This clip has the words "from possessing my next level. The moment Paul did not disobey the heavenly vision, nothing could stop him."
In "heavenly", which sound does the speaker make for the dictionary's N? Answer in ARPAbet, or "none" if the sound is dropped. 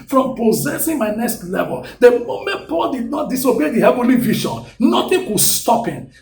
N